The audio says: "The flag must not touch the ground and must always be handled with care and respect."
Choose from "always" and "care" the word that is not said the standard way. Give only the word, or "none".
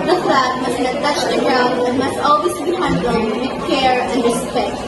always